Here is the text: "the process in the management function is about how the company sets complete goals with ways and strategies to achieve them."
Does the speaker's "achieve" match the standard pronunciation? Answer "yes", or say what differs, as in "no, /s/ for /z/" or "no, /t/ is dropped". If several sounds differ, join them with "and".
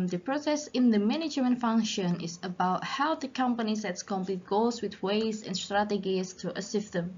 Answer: no, /s/ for /tʃ/